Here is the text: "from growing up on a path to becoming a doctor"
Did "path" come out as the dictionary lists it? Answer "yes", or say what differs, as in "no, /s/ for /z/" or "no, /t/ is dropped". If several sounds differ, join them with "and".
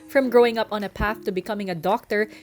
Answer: yes